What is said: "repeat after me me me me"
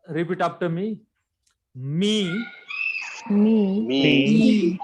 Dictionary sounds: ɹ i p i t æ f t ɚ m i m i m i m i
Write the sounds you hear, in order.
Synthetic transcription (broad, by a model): ɹ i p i t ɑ p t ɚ m i m i m i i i